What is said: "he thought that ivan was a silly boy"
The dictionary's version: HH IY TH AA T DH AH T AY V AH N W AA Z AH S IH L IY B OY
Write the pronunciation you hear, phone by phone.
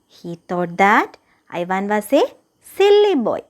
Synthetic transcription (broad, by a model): HH IY T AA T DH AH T AY V AH N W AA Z AH S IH L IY B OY